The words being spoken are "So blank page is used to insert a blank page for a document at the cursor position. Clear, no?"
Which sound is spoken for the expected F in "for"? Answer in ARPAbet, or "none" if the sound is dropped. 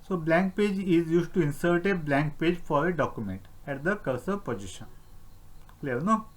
F